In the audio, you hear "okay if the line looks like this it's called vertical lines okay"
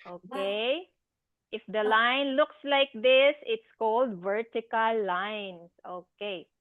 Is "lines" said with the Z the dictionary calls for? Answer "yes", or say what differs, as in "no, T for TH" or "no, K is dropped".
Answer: no, S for Z